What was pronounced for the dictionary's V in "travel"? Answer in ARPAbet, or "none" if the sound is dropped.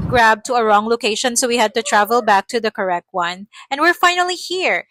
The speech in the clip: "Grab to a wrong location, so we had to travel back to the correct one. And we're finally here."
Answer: V